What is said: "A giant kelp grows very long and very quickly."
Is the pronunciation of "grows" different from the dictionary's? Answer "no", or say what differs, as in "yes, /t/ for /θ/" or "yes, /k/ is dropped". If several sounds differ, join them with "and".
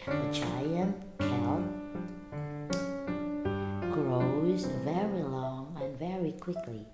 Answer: no